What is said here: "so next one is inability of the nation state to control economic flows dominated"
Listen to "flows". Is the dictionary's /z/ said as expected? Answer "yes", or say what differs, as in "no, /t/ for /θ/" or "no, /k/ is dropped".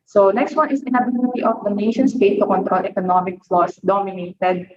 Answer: no, /s/ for /z/